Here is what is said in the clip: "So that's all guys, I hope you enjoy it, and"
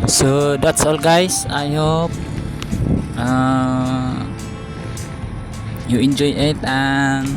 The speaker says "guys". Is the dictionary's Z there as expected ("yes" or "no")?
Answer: no